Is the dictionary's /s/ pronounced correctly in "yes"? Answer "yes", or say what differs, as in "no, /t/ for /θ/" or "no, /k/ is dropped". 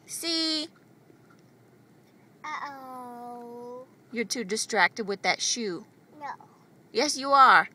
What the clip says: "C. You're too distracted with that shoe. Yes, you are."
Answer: yes